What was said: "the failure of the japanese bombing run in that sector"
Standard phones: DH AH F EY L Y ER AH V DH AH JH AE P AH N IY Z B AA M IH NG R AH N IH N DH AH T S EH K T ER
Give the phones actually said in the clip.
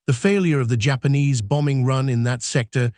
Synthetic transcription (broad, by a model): DH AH F EY L Y ER AH V DH AH JH AE P AH N IY Z B AA M IH NG R AH N IH N DH AH T S EH K T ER